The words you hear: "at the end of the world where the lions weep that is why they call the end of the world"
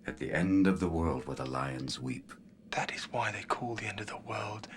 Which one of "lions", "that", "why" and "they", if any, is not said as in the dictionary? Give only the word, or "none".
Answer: none